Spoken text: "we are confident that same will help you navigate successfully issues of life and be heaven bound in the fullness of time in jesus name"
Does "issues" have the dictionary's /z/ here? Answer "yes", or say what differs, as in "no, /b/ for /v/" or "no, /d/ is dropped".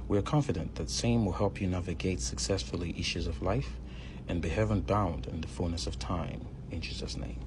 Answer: yes